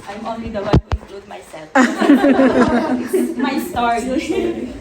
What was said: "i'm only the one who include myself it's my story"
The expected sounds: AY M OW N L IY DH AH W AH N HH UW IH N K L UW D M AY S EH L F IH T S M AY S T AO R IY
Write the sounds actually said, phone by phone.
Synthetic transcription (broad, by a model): AY M OW N L IY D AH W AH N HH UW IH K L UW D M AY S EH L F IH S M AY S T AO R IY